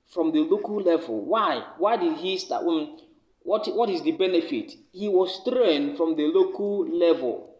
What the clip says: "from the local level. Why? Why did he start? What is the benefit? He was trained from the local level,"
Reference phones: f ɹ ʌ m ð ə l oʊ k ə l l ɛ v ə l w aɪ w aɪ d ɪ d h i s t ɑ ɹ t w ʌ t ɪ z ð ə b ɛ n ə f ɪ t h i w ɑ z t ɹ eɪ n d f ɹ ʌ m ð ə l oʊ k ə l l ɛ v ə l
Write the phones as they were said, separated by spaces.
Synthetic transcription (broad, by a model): f ɹ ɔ m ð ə l oʊ k ə l l ɛ v ə l w aɪ w aɪ d ɪ d h i s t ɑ w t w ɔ t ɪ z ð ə b ɛ n ə f ɪ t h i w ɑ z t ɹ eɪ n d f ɹ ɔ m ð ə l oʊ k ə l l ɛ v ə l